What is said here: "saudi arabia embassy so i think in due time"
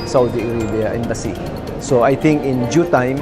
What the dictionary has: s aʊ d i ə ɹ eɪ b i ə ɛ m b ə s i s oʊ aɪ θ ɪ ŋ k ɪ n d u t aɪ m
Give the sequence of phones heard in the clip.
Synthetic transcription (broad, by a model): s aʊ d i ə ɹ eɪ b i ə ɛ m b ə s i s oʊ aɪ t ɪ ŋ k ɪ n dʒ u t aɪ m